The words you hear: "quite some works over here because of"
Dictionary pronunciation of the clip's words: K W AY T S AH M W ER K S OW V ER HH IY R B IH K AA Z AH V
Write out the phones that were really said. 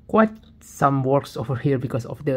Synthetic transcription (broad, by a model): K W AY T S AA M W ER K S OW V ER HH IY R B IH K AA S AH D